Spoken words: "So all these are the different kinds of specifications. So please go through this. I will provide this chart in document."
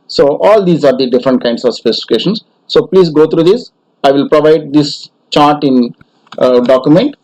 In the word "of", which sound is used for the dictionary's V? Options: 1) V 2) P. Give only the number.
1